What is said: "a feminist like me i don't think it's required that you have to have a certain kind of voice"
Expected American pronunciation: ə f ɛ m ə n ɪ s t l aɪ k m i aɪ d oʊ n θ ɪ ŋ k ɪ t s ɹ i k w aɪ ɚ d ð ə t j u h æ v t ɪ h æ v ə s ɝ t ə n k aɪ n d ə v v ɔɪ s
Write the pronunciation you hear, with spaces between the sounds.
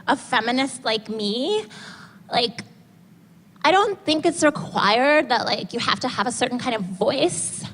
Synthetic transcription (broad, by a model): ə f ɛ m ə n ɪ s t l aɪ k m i aɪ d oʊ n θ ɪ ŋ k ɪ t s ɹ i k w aɪ ɚ d ð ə t j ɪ h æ f t ɪ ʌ v ə s ɝ t n k aɪ n d ə v v ɔɪ s